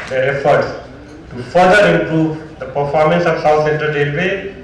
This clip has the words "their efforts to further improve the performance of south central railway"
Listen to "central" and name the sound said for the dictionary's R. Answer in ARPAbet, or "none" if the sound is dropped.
none